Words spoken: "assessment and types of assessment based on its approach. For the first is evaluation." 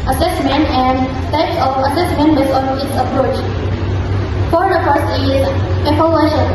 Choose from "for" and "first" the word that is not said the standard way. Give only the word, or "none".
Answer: first